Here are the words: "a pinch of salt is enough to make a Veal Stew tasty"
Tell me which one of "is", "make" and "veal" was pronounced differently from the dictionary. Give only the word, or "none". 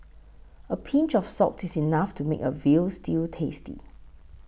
is